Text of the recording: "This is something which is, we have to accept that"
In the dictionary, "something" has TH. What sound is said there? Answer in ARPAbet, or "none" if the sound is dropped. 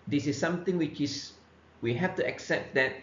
T